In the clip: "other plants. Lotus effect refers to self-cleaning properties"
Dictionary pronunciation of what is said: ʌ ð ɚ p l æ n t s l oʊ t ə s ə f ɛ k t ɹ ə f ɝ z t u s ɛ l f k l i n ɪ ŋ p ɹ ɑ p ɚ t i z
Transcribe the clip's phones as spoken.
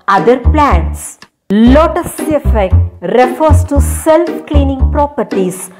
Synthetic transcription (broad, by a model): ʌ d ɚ p l æ n t s l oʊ t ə s ə f ɛ k t ɹ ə f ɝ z t u s ɛ l f k l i n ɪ ŋ p ɹ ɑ p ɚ t i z